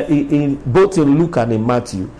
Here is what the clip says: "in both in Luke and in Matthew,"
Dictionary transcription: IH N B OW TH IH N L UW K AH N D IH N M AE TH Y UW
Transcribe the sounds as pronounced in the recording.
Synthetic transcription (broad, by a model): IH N B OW T IH N L UW K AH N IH M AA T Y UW